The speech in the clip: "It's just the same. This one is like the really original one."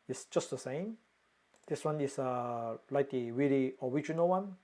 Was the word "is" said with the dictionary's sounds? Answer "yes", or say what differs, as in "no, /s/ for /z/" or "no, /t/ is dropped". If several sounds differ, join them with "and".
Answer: no, /s/ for /z/